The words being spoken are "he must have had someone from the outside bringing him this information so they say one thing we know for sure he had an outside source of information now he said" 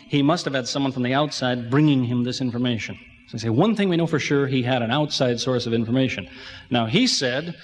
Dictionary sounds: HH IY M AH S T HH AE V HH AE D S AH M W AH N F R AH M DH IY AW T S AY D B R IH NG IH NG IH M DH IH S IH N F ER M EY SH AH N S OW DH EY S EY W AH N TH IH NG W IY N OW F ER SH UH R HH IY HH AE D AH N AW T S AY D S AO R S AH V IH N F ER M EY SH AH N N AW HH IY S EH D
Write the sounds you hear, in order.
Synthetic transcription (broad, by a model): HH IY M AH S T HH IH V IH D S AH M W AH N F R AH M DH IY AW T S AY D B R IH NG IH NG IH M DH IH S IH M F ER M EY SH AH N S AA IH S EY W AH N TH IH NG W IY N OW F ER SH UH R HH IY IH D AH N AW T S AY D S AO R S AH V IH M F ER M EY SH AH N N AW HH IY S EH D